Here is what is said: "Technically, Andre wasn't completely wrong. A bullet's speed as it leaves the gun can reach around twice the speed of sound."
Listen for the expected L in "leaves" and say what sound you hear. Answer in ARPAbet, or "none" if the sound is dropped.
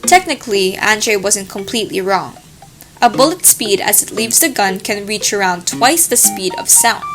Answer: L